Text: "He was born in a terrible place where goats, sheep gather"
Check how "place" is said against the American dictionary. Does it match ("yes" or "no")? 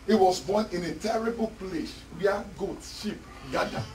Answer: no